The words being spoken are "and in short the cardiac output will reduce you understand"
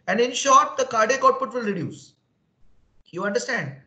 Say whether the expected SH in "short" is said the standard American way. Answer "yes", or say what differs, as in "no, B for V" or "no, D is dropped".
yes